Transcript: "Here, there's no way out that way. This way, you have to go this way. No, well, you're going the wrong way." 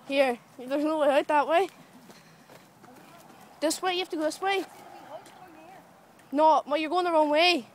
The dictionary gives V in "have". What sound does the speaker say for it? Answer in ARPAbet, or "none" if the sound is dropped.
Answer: F